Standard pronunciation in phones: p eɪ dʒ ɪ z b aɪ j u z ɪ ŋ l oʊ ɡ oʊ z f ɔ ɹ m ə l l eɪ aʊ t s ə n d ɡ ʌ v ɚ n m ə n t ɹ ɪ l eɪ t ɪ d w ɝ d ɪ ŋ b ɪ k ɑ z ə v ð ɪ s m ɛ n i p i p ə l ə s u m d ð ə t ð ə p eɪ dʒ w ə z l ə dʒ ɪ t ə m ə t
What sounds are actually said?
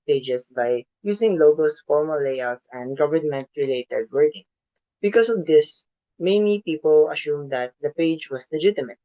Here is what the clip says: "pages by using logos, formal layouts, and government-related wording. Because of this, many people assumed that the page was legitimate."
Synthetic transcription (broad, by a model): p eɪ dʒ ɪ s b aɪ j u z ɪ ŋ l oʊ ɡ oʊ s f ɔ ɹ m ə l l eɪ aʊ t s ə n d ɡ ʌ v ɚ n m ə n t ɹ ɪ l eɪ t ɪ d w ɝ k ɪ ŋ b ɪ k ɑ s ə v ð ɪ s m ɛ n i p i p ə l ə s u m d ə t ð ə p eɪ dʒ w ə s l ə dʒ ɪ t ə m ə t